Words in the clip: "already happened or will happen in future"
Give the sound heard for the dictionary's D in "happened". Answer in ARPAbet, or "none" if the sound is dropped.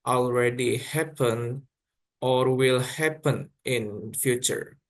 none